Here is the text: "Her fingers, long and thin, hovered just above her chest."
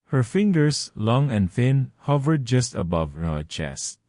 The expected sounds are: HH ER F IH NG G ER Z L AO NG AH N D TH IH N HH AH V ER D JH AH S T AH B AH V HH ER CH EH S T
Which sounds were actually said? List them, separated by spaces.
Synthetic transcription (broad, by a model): HH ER F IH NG G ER S L AO NG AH N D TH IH N HH AH V ER D JH AH S T AH B AH V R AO CH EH S T